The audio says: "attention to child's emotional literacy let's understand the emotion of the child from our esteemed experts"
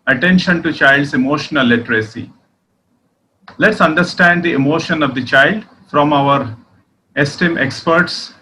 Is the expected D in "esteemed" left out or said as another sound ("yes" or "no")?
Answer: yes